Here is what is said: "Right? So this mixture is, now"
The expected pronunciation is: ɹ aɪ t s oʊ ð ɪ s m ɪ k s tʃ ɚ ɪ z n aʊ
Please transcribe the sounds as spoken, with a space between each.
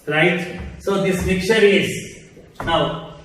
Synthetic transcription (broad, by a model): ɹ aɪ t s oʊ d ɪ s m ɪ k tʃ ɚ ɪ z n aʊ